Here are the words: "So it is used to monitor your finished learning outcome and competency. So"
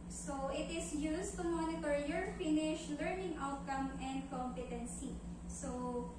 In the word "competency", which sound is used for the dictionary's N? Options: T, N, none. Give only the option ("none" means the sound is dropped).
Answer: N